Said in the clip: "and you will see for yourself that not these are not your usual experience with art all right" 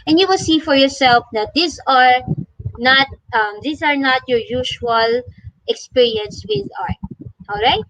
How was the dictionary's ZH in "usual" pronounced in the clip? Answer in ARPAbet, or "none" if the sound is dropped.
SH